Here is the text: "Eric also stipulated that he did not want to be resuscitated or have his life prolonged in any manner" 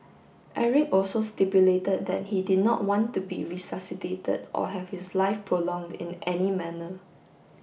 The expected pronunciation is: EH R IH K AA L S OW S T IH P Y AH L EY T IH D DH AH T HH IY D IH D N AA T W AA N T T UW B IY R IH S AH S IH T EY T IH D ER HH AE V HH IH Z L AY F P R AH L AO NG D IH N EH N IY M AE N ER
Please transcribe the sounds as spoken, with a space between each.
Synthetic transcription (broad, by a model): EH R IH K AA L S OW S T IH P Y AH L EY T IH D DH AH T HH IY D IH D N AA T W AA N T T UW B IY R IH S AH S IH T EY T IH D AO HH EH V HH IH S L AY F P R AH L AO NG D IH N EH N IY M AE N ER